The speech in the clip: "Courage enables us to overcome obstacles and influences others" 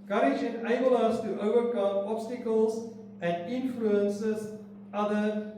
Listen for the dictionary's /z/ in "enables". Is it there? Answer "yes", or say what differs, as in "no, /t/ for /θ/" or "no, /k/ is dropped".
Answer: no, /z/ is dropped